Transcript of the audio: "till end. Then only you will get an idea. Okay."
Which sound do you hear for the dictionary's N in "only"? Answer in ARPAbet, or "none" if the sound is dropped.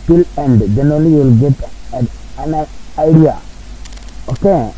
none